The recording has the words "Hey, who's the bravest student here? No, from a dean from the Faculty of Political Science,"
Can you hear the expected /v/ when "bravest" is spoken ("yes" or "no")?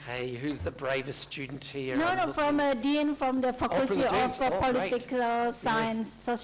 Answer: yes